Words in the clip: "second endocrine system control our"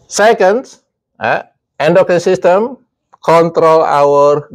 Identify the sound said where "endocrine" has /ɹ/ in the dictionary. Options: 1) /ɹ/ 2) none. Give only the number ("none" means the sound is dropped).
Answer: 2